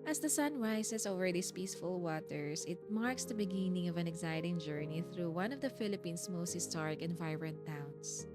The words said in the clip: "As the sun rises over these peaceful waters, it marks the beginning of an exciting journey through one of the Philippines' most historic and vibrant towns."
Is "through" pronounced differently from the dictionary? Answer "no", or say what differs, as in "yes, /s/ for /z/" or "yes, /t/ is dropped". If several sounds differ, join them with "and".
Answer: no